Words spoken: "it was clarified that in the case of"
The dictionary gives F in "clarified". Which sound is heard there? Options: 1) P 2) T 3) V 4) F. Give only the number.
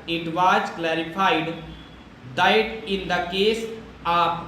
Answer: 1